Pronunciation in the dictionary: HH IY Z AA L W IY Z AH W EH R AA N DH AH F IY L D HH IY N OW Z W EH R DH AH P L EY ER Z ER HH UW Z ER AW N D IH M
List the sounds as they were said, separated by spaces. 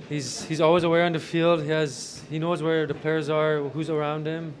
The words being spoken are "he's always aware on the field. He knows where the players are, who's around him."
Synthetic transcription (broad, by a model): HH IY Z AA L W IY Z AH W EH R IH N DH AH F IY L D HH IY N OW Z W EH R DH AH P L EY ER Z ER HH UW Z ER AW N D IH M